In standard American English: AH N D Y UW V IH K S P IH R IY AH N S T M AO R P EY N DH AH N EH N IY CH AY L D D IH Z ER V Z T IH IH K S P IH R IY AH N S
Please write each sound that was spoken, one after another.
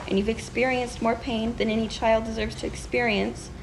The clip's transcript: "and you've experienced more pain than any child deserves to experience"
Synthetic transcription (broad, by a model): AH N Y UW V IH K S P IH R IY AH N S T M AO R P EY N DH AH N EH N IY CH AY L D D IH Z ER V Z T IH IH K S P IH R IY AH N S